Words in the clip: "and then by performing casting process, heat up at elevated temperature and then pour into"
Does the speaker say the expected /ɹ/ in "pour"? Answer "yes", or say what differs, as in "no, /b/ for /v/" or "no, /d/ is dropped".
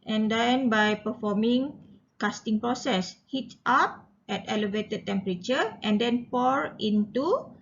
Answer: yes